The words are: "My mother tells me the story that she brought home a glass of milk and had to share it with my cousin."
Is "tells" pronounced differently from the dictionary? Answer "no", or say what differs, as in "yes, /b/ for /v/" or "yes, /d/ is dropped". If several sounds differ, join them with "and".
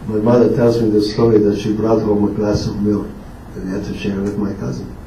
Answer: no